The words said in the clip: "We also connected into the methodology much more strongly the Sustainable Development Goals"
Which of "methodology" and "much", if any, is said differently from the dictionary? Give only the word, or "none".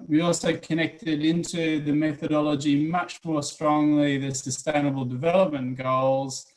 none